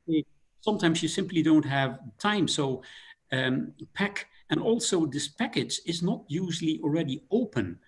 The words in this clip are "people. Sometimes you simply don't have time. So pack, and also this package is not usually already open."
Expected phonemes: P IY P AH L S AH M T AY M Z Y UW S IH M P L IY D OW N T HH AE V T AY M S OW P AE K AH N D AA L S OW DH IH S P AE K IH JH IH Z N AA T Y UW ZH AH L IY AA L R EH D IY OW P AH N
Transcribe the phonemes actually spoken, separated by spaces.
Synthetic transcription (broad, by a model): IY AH S AH M T AY M Z Y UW S IH M P L IY D OW N T HH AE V T AY M S OW P AE K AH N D AA L S OW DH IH S P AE K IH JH IH Z N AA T Y UW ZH L IY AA L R EH D IY OW P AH N